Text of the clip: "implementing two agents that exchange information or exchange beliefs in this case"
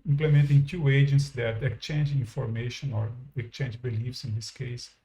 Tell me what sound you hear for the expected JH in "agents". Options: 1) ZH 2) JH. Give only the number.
2